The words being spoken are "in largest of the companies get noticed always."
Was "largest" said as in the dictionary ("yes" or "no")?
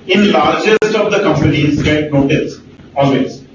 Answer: yes